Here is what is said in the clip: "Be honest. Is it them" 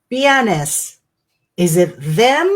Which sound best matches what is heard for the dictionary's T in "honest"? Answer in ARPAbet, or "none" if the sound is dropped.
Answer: none